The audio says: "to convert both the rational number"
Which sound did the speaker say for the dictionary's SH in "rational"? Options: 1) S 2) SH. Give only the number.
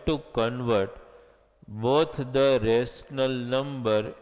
1